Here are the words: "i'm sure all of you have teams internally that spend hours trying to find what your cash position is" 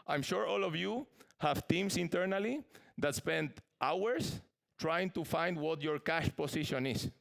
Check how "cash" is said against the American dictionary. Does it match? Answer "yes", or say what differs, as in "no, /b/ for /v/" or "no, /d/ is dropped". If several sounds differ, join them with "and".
yes